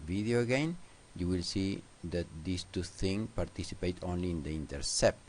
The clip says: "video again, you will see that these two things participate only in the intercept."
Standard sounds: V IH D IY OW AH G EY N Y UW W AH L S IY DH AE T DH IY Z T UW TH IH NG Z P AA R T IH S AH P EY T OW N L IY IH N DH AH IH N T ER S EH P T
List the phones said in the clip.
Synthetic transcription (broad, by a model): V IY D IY OW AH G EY N Y UW W AH L S IY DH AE T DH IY S T UW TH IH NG P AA R T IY S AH P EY T OW N L IY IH N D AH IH N T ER S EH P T